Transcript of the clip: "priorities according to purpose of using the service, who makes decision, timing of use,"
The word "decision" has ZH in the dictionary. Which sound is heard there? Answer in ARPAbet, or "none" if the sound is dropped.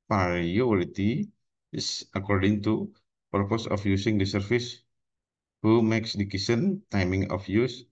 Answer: S